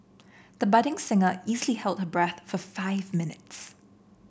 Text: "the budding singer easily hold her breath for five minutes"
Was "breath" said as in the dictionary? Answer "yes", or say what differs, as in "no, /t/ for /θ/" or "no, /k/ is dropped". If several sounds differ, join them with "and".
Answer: yes